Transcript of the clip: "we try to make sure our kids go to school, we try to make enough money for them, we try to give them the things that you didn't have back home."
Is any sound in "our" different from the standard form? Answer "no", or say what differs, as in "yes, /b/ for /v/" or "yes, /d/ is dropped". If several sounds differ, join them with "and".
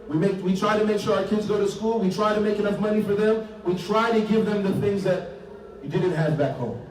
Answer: no